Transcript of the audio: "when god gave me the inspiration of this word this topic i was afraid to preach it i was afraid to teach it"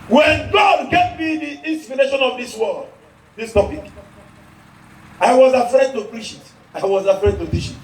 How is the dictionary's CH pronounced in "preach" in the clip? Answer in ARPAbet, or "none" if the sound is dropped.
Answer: SH